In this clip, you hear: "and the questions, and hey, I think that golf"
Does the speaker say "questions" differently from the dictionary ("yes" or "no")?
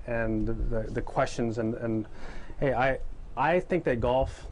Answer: no